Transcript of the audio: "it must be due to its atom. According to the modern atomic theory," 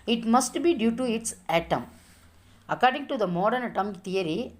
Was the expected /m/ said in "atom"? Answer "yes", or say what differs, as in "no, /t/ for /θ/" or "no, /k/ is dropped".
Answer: yes